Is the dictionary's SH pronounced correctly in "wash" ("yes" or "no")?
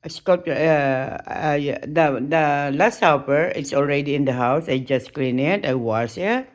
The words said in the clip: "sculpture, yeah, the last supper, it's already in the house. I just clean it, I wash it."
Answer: no